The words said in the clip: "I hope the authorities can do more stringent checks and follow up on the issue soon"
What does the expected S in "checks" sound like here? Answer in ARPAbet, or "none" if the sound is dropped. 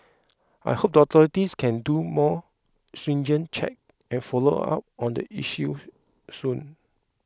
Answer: none